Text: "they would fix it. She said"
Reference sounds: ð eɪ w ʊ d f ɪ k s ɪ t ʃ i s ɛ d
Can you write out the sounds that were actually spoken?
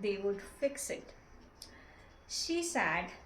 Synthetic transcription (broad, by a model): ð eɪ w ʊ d f ɪ k s ɪ t ʃ i s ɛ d